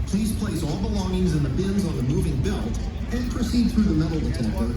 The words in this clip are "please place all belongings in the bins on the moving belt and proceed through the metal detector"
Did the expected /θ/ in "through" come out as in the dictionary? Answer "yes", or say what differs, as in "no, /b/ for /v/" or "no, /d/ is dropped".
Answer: yes